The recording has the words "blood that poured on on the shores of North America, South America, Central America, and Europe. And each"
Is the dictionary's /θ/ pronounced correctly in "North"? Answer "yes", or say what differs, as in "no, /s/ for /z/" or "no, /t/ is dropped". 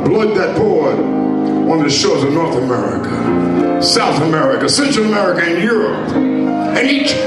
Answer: yes